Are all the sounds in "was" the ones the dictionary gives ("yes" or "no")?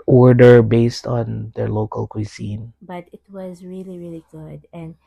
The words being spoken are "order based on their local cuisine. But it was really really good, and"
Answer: yes